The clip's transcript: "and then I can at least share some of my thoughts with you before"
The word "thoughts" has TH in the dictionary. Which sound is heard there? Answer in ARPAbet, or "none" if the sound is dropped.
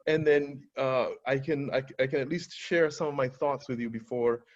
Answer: TH